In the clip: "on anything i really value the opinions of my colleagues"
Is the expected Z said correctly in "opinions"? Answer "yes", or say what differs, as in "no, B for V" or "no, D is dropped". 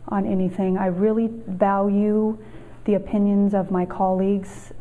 yes